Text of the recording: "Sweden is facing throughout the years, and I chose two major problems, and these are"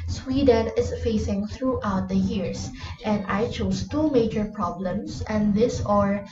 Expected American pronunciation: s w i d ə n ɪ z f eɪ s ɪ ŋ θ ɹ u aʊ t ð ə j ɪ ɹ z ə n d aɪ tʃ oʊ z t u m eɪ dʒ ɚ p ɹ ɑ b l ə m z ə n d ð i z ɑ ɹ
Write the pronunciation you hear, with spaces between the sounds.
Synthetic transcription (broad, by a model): s w i d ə n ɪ s f eɪ s ɪ ŋ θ ɹ u aʊ t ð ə j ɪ ɹ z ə n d aɪ tʃ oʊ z t u m eɪ dʒ ɚ p ɹ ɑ b l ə m s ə n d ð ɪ s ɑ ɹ